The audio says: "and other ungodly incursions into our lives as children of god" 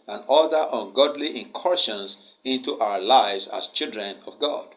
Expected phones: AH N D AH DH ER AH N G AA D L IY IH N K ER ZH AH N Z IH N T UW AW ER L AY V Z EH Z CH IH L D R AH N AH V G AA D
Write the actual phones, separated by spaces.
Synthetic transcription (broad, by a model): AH N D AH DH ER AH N G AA D L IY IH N K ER SH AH N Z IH N T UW AW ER L AY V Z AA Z CH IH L D R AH N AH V G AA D